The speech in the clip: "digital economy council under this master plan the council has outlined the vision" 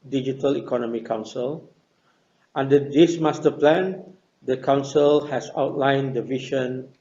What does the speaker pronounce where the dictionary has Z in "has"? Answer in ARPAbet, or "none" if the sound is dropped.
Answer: S